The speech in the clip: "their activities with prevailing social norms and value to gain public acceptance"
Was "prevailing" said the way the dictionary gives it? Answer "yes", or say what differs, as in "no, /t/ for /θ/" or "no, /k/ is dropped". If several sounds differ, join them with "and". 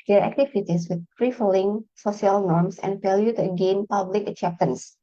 no, /f/ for /v/